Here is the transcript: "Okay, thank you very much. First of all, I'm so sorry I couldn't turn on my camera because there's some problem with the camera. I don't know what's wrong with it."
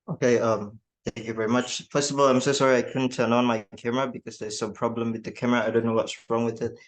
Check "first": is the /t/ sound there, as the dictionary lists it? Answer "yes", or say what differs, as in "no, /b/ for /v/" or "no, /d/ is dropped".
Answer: no, /t/ is dropped